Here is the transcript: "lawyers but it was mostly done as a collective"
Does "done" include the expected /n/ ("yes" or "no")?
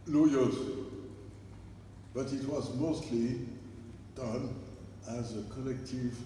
yes